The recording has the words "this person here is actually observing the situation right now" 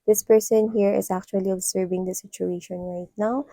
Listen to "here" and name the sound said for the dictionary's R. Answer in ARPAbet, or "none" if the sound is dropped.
R